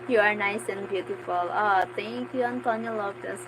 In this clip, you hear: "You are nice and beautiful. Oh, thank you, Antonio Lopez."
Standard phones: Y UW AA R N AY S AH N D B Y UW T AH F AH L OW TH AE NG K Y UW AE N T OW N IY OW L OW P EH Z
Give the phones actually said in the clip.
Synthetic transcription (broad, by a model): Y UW AA R N AY S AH N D B Y UW T AH F AH L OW T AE NG K Y UW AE N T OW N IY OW L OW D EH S